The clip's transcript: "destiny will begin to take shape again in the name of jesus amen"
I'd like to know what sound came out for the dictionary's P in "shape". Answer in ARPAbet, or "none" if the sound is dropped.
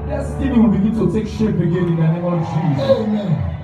B